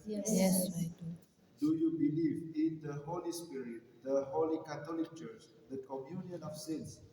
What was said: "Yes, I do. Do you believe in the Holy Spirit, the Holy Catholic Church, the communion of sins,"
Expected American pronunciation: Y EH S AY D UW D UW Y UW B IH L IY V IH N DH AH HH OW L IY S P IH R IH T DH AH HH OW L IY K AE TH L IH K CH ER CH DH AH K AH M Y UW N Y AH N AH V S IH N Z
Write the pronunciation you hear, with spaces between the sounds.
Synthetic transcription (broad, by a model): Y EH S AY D D UW Y UW B IH L IY V IH N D AH HH OW L IY S P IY R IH T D AH HH OW L IY K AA T L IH K CH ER CH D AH K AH M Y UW N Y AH N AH F S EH N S